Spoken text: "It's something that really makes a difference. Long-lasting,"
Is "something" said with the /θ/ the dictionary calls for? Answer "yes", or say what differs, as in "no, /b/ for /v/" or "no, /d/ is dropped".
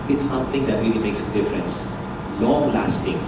no, /t/ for /θ/